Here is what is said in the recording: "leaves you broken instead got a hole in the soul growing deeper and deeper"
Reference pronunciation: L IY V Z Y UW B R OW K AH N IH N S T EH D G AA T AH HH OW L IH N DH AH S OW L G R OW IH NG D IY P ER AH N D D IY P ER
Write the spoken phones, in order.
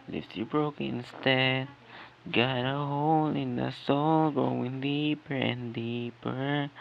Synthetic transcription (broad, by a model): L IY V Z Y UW B R OW AH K IH N S T EH D G AA T AH HH OW L IH N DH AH S OW L G R OW IH NG D IY P ER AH N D D IY P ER